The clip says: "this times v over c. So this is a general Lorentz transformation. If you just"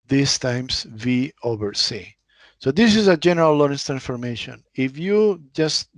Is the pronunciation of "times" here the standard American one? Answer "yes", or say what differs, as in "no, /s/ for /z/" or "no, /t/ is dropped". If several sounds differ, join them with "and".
no, /s/ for /z/